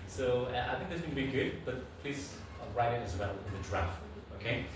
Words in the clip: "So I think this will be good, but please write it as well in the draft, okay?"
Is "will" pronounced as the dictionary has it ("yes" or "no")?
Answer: no